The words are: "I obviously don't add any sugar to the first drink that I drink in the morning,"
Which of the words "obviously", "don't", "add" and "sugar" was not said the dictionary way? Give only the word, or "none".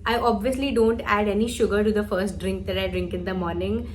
none